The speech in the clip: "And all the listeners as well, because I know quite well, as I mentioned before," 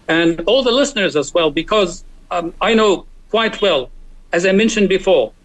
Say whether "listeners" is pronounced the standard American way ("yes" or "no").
yes